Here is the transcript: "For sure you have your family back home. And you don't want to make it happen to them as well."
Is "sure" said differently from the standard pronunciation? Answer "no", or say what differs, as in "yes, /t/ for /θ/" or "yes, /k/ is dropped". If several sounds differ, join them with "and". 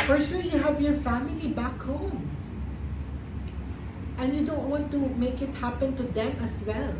yes, /l/ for /ɹ/